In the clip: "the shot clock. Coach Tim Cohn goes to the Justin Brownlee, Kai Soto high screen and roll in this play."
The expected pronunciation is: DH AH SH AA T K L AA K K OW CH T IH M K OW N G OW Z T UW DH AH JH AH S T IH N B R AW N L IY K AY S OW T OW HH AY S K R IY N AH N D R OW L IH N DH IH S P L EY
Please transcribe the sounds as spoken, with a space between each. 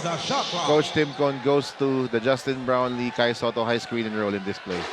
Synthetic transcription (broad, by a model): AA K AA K K OW CH T IH M K OW N G OW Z T UW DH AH JH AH S T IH N B R AW N L IY K AY S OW T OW HH AY S K R IY N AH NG R OW L IH N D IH S P L EY